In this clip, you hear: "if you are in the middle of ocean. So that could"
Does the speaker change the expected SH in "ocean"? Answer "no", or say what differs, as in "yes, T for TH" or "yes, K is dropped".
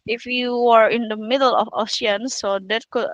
yes, S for SH